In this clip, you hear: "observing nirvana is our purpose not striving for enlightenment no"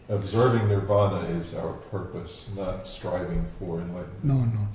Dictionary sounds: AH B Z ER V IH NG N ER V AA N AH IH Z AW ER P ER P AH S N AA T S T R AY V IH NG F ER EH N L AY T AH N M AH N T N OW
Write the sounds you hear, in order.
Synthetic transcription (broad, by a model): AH B Z ER V IH NG N ER V AA N AH IH Z AW ER P ER P AH S N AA T S T R AY V IH NG F ER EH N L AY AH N AH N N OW